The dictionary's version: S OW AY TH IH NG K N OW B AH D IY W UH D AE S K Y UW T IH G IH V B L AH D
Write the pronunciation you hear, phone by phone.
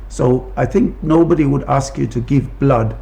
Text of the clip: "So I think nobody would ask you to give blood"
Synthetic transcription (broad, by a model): S OW AY TH IH NG K N OW B AH D IY W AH D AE S K Y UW T IH G IH V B L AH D